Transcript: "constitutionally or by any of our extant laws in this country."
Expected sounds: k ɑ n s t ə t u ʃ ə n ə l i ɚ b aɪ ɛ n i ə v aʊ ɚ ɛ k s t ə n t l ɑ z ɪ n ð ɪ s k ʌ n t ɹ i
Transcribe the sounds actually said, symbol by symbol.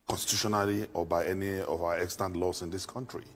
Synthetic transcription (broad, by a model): k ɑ n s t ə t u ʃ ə n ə l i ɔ b aɪ ɛ n i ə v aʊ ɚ ɛ k s t ə n t l ɑ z ɪ n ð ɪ s k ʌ n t ɹ i